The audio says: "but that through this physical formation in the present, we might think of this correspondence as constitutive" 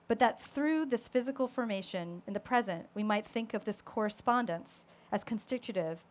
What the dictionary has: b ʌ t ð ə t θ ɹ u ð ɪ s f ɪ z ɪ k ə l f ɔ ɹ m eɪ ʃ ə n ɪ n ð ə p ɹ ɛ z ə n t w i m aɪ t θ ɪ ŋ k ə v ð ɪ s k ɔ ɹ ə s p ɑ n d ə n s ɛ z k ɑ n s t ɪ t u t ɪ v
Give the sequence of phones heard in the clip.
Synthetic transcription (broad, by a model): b ʌ t ð ə t θ ɹ u ð ɪ s f ɪ z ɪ k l f ɔ ɹ m eɪ ʃ ə n ɪ n ð ə p ɹ ɛ z ə n t w i m aɪ t θ ɪ ŋ k ə v ð ɪ s k ɔ ɹ ə s p ɑ n d ə n s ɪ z k n s t ɪ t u t ɪ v